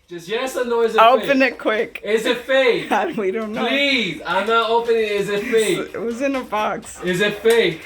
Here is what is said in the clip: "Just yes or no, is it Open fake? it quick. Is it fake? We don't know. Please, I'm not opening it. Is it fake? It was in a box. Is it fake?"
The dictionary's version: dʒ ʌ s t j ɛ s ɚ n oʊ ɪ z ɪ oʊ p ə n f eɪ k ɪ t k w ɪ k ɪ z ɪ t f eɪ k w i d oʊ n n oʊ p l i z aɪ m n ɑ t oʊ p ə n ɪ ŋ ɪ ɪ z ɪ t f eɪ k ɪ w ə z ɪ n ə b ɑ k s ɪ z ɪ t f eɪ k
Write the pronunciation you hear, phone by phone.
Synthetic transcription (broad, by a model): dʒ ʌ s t j ɛ s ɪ n oʊ ɪ z ɪ oʊ p ə n ɪ t k w ɪ k ɪ z ɪ t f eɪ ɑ w i d oʊ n n oʊ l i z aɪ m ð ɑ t oʊ p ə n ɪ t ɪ ɪ z ɪ t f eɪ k ɪ w ə z ɪ n ə b ɑ k s ɪ z ɪ t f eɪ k